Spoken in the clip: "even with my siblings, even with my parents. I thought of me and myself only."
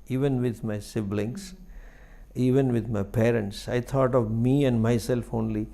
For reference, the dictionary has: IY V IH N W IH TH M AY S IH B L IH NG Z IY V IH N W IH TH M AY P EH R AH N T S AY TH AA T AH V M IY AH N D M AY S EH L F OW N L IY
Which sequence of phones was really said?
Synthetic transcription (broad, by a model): IY V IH N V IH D M AY S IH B L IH NG S IY V IH N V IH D M AY P EH R AH N T S AY T AA T AH V M IY AH N D M AY S EH L F OW N L IY